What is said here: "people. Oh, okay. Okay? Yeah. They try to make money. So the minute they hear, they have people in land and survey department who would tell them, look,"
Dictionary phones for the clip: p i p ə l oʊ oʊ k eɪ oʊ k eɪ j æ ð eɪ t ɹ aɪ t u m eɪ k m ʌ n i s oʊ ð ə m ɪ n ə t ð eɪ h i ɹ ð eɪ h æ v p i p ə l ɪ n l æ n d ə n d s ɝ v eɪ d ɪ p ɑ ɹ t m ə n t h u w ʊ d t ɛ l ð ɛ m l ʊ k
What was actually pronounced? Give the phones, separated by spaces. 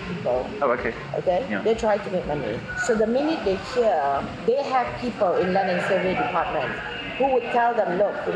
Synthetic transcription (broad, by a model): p i p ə l oʊ oʊ k eɪ oʊ k eɪ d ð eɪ t ɹ aɪ t u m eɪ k m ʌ n i s oʊ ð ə m ɪ n ə t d eɪ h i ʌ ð eɪ h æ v p i p ə l ɪ n l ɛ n ə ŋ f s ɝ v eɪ d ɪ p ɑ t m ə n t h u w ʊ d t ɛ l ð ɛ m l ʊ k